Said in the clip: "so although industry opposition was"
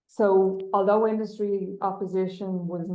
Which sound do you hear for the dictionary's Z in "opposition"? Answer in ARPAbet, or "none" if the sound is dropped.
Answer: Z